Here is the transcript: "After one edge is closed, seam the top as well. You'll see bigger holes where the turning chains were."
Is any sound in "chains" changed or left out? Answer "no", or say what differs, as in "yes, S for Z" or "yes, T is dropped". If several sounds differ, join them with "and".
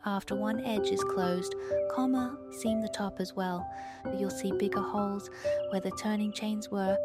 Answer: no